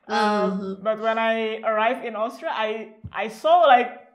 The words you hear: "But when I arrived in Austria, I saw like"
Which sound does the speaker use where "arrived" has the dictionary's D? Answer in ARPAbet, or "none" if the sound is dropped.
none